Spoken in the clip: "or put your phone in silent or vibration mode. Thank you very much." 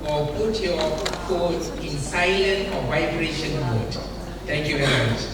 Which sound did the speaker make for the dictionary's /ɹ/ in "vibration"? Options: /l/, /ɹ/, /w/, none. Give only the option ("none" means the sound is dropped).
/ɹ/